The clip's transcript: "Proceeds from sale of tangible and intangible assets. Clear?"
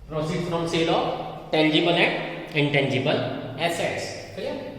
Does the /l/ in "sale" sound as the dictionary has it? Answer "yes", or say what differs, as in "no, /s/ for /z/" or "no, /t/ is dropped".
yes